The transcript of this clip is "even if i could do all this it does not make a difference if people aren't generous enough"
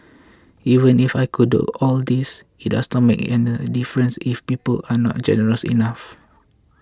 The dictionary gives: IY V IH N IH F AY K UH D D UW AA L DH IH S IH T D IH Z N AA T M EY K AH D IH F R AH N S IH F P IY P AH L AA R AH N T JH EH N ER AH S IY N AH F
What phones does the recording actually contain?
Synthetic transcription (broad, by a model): IY V IH N IH F AY K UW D D UW AA L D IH S IH T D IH S N AA T M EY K AH D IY F R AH N S IH F P IY P AH L AA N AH T JH EH N ER AH S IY N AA F